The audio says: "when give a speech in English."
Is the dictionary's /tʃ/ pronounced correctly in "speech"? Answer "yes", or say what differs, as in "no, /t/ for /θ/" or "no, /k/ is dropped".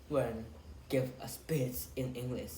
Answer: no, /s/ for /tʃ/